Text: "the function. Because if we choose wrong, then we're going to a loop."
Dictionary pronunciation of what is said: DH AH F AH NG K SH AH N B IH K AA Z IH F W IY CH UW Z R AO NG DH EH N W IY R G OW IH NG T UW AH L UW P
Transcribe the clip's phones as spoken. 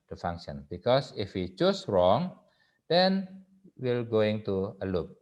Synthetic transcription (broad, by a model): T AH F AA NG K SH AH N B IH K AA S IH F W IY CH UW S R AO NG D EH N W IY L G OW IH NG T UW AH L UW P